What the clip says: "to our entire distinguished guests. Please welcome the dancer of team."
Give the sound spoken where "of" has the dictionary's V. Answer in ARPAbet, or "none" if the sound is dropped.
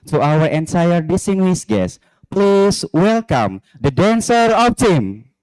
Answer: P